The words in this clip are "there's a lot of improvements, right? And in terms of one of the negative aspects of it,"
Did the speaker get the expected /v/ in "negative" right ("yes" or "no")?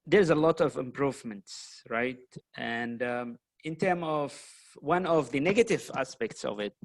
yes